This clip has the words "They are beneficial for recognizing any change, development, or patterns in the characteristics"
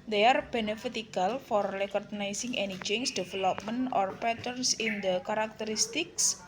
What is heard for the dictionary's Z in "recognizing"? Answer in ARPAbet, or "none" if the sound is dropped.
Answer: S